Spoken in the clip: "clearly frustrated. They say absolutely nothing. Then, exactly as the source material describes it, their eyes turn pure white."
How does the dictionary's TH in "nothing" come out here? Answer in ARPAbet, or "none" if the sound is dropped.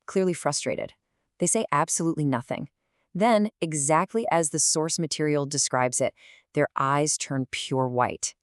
TH